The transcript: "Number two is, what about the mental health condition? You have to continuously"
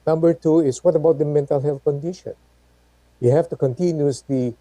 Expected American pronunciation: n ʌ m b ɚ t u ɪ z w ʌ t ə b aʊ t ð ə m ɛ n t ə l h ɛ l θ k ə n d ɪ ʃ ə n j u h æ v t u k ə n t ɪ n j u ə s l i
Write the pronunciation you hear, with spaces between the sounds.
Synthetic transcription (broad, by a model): n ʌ m b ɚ t u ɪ s w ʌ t ə b aʊ t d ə m ɛ n t ə l h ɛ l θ k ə n d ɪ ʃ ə n j u h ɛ f t u k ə n t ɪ n j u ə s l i